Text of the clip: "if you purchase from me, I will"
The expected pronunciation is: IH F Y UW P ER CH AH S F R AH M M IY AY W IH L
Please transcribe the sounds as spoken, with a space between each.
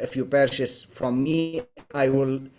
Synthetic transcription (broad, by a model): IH F Y UW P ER SH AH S F R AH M M IY AY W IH L